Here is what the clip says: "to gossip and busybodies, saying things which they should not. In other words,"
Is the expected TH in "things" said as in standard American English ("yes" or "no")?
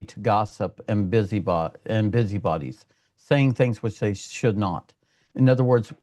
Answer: yes